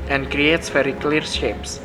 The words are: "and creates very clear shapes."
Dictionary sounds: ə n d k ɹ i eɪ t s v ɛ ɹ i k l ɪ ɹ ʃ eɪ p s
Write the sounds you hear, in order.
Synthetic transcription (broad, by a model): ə n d k ɹ i eɪ t s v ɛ ɹ i k l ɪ ɹ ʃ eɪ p s